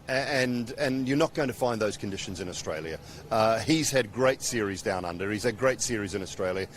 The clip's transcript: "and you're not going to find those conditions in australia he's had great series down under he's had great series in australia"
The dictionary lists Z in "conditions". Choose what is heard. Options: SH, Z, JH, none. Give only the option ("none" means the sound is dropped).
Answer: Z